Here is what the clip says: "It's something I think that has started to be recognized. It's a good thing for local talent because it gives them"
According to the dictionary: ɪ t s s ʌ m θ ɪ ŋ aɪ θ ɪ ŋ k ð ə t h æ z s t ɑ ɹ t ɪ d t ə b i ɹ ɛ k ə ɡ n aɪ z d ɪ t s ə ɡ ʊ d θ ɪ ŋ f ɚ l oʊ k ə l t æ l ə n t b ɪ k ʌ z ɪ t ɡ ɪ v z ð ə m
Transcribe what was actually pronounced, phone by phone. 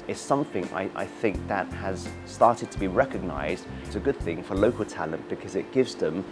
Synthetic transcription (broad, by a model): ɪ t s s ʌ m θ ɪ ŋ aɪ θ ɪ ŋ k ð ə t h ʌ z s t ɑ ɹ t ɪ d t ə b i ɹ ɛ k ə ɡ n aɪ z d ɪ t s ə ɡ ʊ d θ ɪ ŋ f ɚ l oʊ k ə l t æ l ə n b ɪ k ʌ z ɪ t ɡ ɪ v z ð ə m